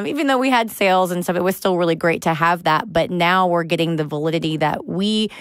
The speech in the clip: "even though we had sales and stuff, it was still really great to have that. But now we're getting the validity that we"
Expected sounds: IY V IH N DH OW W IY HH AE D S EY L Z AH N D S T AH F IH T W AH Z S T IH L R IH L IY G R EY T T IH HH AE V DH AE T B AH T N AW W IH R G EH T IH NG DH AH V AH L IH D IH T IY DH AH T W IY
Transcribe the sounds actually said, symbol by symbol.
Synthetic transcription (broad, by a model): IY V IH N DH OW W IY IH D S EY L Z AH N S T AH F IH T W AH Z S T IH L R IH L IY G R EY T T IH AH V DH AE T B AH T N AW W IH R G EH T IH NG DH AH V AH L IH D IH T IY DH AH T W IY